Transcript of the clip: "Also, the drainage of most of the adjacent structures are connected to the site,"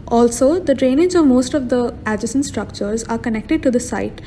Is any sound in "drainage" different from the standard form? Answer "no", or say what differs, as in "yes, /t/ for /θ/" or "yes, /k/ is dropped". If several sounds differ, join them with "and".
yes, /z/ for /dʒ/